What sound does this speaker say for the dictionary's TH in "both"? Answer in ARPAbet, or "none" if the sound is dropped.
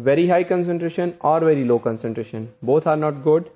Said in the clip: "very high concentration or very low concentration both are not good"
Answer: T